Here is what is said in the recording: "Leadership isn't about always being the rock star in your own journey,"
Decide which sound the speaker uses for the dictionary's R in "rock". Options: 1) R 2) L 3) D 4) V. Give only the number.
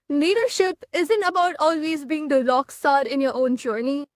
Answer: 2